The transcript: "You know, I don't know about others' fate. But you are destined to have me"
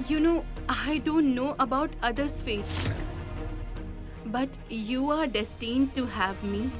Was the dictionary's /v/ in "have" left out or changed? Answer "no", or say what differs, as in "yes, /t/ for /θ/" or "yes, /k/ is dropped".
no